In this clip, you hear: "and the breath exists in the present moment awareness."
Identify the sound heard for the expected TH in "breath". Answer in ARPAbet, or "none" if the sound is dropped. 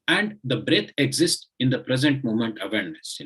T